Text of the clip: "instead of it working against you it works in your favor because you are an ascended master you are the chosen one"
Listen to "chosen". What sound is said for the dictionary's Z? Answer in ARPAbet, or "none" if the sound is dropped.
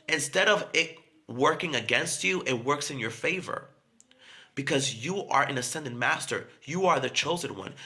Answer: Z